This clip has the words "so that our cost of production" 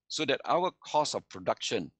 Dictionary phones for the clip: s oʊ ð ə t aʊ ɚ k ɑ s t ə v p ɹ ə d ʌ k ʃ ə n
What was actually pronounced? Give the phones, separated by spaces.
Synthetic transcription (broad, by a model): s oʊ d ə t aʊ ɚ k ɑ s ə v p ɹ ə d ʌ k ʃ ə n